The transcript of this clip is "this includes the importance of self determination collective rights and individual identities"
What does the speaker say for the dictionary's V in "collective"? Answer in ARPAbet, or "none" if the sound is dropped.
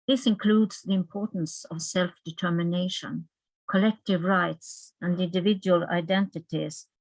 V